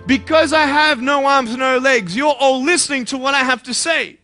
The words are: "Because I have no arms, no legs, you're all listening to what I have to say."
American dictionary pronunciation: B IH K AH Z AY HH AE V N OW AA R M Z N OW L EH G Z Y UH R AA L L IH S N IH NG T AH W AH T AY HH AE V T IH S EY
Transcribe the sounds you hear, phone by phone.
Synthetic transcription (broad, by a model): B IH K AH Z AY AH V N OW AA R M Z N OW L EH G Z Y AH R AA L L IH S N IH NG T AH W AH T AY HH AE F T IH S EY